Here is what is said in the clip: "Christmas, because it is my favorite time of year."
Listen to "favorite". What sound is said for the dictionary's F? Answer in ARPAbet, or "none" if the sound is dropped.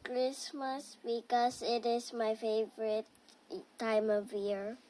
F